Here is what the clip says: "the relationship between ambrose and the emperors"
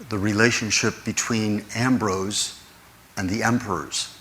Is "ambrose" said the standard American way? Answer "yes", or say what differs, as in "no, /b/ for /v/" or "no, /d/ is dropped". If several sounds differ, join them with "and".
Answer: yes